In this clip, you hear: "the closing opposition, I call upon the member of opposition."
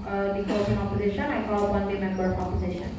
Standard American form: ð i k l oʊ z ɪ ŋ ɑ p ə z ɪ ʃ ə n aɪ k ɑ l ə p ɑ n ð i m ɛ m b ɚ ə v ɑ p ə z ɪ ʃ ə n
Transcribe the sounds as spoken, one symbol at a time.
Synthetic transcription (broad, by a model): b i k oʊ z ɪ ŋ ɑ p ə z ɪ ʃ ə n aɪ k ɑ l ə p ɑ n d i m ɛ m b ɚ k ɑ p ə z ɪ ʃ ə n